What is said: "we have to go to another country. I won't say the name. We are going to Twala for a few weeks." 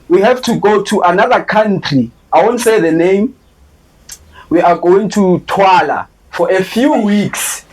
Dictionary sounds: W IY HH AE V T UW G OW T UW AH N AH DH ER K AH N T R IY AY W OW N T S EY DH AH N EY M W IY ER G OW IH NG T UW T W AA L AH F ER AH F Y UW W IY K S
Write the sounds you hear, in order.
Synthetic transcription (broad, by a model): W IY HH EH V T UW G OW T UW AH N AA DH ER K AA N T R IY AY W OW N T S EY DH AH N EY M W IY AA G OW IH NG T UW T W AA L AH F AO AH F Y UW W IY K S